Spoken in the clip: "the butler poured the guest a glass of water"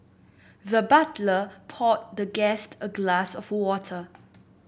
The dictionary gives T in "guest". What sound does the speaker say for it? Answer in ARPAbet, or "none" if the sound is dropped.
T